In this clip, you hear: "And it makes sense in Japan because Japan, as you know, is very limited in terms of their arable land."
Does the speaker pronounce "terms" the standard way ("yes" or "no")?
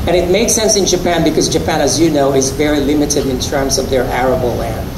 yes